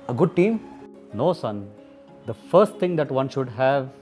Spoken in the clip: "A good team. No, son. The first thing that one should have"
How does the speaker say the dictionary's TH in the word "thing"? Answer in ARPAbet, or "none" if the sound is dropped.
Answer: T